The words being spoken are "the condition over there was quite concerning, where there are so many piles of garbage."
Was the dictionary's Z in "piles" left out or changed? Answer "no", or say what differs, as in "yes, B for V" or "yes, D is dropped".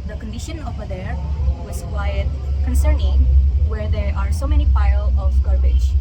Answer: yes, Z is dropped